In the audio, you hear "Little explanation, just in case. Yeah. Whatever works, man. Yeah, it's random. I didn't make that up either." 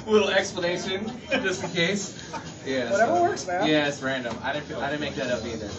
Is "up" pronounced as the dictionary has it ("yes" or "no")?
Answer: no